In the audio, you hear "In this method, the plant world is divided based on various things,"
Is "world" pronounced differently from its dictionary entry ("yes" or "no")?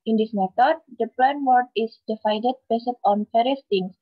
yes